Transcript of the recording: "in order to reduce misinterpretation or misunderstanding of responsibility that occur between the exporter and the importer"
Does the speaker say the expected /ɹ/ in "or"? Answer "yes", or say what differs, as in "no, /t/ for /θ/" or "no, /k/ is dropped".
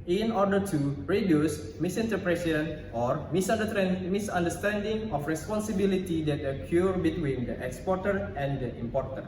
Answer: yes